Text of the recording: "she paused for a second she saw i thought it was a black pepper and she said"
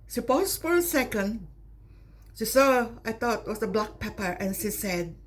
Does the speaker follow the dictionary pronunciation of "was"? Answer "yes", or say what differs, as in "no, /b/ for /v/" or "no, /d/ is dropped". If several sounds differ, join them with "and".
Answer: no, /s/ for /z/